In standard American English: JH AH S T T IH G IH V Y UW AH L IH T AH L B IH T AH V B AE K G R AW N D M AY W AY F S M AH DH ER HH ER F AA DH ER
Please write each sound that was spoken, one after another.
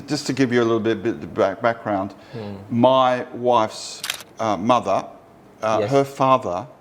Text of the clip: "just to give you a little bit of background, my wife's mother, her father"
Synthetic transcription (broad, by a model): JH AH S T T IH G IH V Y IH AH L IH T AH B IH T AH B B AE K G R AW N D M AY W AY F S M AH DH ER HH ER F AA DH ER